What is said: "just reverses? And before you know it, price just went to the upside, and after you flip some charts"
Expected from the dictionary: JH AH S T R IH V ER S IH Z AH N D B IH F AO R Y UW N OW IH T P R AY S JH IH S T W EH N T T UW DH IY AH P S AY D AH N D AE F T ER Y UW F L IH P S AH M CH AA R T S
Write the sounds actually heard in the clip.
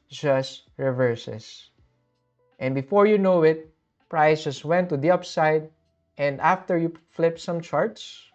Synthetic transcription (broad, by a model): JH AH S T R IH V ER S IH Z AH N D B IH F AO R Y UW N OW IH T P R AY S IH S W EH N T T UW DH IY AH P S AY D AH N D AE F T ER Y UW F L IH P S AH M CH AA R T S